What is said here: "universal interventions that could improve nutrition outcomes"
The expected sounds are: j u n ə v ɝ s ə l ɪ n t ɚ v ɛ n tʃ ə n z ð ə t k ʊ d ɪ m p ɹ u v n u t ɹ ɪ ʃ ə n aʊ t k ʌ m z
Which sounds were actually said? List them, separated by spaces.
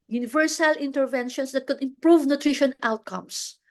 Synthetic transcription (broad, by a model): j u n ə v ɝ s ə l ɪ n t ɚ v ɛ n ʃ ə n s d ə t k ʊ d ɪ m p ɹ u v n u t ɹ ɪ ʃ ə n aʊ t k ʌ m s